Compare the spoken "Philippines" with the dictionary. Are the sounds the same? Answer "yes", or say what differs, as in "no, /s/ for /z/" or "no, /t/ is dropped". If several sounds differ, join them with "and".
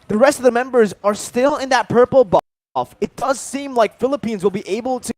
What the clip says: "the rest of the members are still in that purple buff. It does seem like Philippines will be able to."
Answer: yes